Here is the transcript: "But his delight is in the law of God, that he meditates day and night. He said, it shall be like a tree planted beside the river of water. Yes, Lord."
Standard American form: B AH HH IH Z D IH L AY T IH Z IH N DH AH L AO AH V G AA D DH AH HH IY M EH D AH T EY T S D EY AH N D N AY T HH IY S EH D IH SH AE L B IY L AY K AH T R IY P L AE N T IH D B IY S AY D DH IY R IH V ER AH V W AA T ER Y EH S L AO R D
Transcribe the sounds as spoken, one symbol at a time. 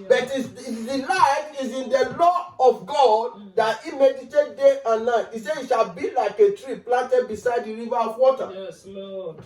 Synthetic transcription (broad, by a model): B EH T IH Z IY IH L AY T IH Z IH N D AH L AO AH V G AA D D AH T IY M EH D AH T EY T D EY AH N N AY T IY S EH IH SH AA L B IY L AY K AH T R IY P L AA N T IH D B IY S AY D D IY R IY V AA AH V W AA T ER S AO